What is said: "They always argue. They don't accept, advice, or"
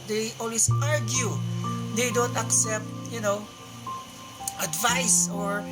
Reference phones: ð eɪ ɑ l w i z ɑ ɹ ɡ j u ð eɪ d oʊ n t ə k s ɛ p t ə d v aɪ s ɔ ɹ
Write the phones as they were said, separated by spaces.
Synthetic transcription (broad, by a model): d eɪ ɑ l w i s ɑ ɹ ɡ j u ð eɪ d oʊ n t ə k s ɛ p t ə d v aɪ s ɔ ɹ